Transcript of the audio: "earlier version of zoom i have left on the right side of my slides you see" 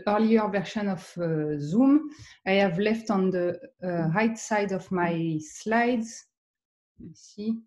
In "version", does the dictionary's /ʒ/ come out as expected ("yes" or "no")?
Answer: no